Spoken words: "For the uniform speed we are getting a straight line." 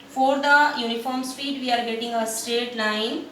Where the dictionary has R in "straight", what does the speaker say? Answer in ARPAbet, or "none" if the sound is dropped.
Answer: none